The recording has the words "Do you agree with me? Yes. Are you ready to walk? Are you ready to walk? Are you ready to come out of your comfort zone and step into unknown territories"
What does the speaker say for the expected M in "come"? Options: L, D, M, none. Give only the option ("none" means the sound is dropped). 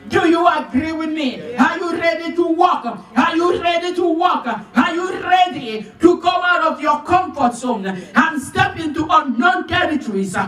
none